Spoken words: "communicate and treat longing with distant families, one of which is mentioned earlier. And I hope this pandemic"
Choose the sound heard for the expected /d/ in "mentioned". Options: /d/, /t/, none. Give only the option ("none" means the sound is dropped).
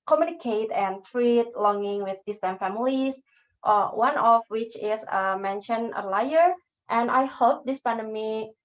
none